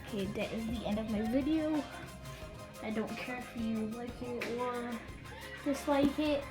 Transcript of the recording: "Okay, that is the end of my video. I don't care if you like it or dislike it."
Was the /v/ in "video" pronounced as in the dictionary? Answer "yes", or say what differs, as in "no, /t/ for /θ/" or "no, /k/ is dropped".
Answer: yes